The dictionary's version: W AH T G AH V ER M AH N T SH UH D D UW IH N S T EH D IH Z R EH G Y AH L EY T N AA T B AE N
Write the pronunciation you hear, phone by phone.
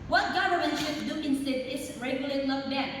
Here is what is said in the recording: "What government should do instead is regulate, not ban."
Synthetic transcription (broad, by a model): W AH T G AH V ER M AH N T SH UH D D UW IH N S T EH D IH S R EH G Y AH L EY T L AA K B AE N